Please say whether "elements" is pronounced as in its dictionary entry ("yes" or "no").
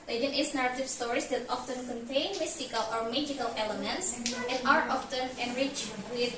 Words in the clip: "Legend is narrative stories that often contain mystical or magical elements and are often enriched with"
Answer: yes